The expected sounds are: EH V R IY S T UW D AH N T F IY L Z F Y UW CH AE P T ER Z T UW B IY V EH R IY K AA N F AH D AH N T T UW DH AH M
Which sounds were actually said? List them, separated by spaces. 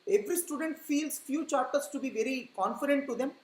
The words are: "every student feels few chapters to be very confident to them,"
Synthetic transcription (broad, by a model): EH V R IY S T UW D AH N T F IY L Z F Y UW CH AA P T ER S T UW B IY V EH R IY K AA N F AH D AH N T T UW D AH M